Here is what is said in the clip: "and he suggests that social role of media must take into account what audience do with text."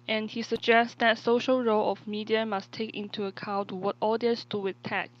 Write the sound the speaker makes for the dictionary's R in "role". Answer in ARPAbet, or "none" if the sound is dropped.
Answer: R